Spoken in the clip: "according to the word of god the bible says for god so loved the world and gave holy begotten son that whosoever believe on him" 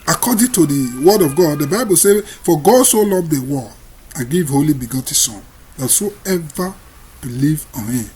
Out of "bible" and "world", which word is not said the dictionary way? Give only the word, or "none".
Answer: world